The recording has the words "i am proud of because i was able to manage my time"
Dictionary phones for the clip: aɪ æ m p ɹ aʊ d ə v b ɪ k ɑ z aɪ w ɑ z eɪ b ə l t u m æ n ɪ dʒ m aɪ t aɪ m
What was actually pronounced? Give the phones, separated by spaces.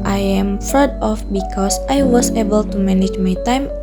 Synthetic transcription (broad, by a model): aɪ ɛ m f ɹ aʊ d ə f b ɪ k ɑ s aɪ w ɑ s eɪ b ə l t u m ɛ n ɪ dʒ m aɪ t aɪ m